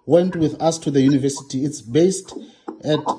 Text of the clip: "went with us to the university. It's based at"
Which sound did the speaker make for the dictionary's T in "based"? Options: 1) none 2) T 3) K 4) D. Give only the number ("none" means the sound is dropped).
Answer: 2